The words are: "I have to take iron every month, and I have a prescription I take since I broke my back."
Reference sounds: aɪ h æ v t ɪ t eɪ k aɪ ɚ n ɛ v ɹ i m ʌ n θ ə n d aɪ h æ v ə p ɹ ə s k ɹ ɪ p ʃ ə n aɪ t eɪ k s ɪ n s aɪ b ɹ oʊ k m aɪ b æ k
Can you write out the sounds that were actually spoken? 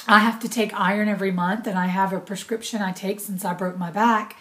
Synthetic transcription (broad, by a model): aɪ h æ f t ɪ t eɪ k aɪ ɚ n ɛ v ɹ i m ʌ n θ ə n aɪ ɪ v ə p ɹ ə s k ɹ ɪ p ʃ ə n aɪ t eɪ k s ɪ n s aɪ b ɹ oʊ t m aɪ b æ k